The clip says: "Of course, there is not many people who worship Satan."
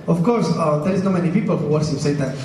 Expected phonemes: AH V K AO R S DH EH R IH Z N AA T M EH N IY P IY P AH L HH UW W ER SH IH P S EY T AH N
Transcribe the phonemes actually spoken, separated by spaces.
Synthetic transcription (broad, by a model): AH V K AO R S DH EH R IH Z N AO M EH N IY P IY P AH L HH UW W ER S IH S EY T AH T